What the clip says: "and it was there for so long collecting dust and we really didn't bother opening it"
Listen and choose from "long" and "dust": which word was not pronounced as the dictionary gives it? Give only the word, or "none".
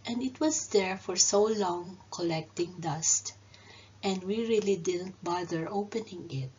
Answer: none